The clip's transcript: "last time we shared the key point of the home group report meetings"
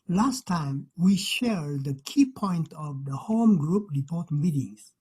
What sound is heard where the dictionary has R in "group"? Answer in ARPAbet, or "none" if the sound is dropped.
R